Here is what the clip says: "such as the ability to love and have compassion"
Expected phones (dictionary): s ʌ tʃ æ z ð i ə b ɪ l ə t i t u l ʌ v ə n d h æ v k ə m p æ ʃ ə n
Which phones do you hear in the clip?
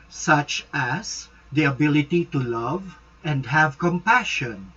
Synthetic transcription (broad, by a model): s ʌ tʃ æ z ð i ə b ɪ l ə t i t u l ʌ v ə n d h æ v k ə m p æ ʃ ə n